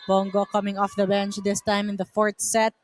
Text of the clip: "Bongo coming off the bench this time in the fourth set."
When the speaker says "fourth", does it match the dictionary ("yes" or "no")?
no